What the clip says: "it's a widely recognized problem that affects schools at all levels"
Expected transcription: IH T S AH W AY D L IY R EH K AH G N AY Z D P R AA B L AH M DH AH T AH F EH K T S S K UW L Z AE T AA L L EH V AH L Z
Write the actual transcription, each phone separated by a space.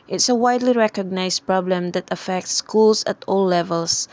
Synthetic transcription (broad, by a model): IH T S AH W AY D L IY R EH K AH G N AY S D P R AA B L AH M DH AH T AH F EH K T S S K UW L S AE T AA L L EH V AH L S